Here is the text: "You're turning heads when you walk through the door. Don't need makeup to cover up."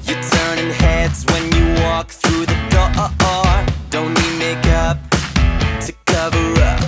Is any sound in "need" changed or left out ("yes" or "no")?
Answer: yes